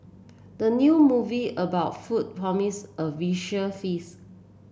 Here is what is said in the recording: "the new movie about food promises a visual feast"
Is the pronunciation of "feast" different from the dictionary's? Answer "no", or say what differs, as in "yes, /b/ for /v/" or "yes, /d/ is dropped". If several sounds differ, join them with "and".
yes, /t/ is dropped